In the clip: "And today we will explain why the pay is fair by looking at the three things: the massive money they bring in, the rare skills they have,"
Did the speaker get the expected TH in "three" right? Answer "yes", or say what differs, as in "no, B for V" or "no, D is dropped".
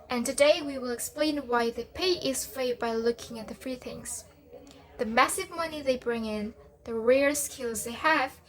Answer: no, F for TH